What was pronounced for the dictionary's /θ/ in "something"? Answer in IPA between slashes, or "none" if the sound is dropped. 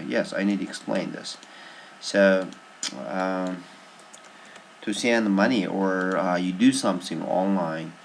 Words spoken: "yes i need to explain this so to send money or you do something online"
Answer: /θ/